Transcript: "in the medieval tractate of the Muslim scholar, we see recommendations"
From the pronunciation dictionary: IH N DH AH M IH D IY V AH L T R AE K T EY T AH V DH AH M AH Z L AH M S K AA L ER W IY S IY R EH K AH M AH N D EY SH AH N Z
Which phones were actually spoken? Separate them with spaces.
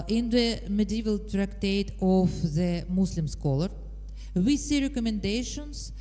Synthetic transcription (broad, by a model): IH N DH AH M IH D IY V AH L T R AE K T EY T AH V DH AH M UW S L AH M S K AA L ER W IY S IY R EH K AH M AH N D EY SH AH N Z